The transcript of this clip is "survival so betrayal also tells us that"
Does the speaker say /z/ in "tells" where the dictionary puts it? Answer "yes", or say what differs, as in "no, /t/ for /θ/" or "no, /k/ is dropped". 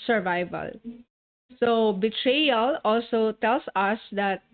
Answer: no, /s/ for /z/